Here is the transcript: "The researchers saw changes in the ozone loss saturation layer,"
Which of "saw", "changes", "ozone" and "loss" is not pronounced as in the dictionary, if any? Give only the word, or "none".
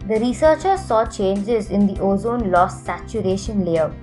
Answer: none